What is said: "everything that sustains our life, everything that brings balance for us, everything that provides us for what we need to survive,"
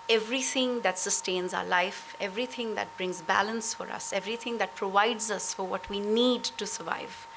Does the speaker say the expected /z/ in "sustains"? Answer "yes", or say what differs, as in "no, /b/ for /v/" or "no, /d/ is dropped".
yes